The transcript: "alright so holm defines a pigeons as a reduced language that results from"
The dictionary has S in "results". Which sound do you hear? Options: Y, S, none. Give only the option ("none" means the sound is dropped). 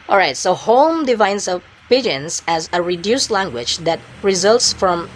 S